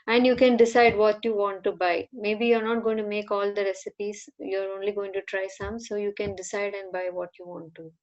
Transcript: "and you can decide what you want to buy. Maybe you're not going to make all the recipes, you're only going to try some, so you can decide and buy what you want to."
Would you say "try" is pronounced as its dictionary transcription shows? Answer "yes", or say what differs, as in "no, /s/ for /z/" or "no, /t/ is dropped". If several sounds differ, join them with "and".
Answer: yes